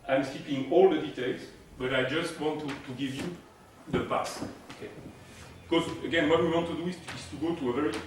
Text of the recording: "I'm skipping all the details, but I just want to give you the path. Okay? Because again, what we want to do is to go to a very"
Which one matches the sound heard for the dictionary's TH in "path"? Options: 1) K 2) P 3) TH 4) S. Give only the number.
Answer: 4